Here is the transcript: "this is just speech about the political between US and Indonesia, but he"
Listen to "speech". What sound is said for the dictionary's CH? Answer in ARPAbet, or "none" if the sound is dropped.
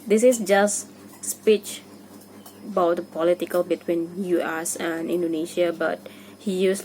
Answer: CH